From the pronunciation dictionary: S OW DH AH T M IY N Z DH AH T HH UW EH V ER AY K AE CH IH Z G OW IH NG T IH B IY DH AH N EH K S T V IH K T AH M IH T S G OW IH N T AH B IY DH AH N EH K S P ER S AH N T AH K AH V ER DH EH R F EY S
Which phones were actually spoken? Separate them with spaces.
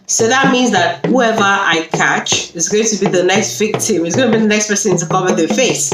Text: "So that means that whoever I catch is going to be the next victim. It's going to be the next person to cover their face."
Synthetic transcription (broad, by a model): S OW DH AH T M IY N Z DH AH T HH UW EH V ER AY K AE CH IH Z G OW IH NG T IH B IY DH AH N EH K S T V IH K T AH M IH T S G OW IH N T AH B IY DH AH N EH K S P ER S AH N T AH K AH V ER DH F EY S